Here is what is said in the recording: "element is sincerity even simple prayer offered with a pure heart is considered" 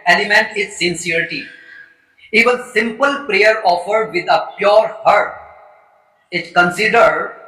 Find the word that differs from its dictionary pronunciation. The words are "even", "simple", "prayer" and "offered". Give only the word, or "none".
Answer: even